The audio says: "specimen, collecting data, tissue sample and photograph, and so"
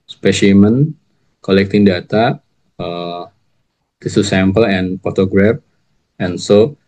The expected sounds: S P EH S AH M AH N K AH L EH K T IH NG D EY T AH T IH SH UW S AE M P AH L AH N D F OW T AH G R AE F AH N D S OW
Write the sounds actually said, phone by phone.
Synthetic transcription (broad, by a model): S P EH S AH M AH N K AH L EH K T IH NG D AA T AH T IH S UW S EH M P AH L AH N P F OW T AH G R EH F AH N S OW